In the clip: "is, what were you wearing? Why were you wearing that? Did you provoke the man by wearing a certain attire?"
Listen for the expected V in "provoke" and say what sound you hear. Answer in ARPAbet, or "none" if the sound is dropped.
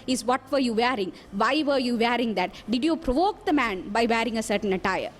V